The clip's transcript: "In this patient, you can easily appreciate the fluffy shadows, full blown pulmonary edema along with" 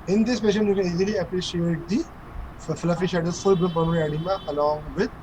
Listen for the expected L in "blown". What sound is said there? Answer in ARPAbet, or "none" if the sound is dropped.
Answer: none